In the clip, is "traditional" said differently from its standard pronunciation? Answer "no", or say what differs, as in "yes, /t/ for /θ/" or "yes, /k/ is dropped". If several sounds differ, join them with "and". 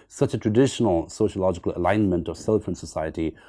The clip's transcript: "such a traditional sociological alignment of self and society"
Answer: no